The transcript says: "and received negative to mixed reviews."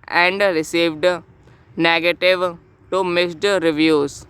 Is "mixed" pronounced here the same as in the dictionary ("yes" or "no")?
no